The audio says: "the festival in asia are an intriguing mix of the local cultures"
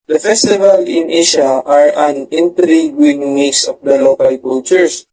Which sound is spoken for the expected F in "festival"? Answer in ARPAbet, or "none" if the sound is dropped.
F